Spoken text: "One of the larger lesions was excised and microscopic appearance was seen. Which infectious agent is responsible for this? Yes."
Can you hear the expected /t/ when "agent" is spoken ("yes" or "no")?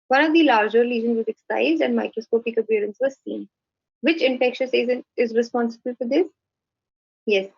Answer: no